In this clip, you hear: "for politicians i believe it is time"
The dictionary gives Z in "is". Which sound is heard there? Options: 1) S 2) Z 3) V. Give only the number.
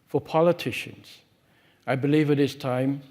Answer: 1